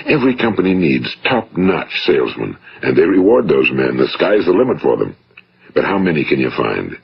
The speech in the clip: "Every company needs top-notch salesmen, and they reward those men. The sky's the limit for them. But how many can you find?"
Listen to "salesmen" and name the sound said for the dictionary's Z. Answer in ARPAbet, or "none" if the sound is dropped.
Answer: Z